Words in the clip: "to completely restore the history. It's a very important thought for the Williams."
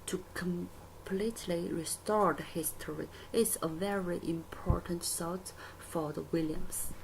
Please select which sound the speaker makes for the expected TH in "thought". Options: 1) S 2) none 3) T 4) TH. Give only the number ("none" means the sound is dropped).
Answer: 1